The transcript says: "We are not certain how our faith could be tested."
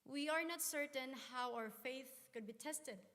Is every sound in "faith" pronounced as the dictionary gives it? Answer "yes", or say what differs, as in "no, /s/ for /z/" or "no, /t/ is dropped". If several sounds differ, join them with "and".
yes